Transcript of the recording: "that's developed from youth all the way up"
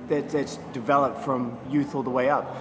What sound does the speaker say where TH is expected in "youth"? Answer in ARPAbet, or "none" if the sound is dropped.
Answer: TH